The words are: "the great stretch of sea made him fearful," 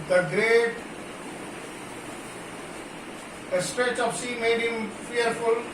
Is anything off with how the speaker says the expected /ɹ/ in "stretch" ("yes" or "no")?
no